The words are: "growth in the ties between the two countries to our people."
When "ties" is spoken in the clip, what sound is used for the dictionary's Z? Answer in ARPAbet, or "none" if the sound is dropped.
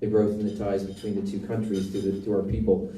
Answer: Z